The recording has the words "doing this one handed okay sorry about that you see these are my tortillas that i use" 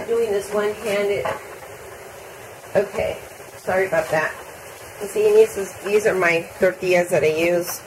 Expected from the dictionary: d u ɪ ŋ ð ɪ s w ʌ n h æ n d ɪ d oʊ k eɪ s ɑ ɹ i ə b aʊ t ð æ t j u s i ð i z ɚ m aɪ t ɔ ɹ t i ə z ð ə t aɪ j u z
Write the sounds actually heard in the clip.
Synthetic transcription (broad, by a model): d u ɪ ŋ ð ɪ s w ʌ n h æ n d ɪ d oʊ k eɪ s ɑ ɹ i ə b aʊ t ð æ t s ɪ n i ð i z ɚ m aɪ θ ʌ ɹ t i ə z ð ə t aɪ j u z